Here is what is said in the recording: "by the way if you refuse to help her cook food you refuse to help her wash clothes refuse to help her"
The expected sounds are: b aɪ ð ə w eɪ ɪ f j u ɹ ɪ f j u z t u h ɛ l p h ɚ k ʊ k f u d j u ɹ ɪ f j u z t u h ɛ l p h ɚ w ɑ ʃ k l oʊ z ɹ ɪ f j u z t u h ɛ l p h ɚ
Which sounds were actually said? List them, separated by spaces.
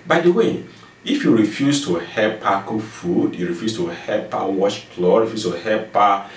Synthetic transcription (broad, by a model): b aɪ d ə w eɪ ɪ f j u ɹ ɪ f j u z t u h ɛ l p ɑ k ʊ f u d j u ɹ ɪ f j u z t u h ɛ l p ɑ w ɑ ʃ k l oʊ ɹ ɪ f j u s t u h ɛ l p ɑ